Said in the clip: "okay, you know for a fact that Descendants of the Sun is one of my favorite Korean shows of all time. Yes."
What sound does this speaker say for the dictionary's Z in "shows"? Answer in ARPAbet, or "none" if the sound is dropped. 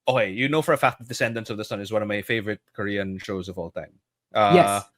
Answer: Z